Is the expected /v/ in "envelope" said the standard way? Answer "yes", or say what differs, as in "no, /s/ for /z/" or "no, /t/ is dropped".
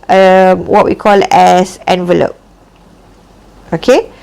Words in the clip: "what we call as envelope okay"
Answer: yes